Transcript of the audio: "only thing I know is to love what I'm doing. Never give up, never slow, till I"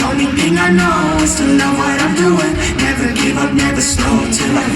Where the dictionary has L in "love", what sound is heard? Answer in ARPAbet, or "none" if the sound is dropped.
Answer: N